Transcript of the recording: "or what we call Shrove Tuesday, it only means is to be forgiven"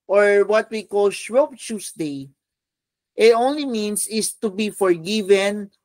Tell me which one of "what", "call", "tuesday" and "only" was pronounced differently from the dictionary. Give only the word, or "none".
tuesday